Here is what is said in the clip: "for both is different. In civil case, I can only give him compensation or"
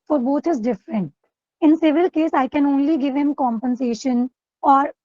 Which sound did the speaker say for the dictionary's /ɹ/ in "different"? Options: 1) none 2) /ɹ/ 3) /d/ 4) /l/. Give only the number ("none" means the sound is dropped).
2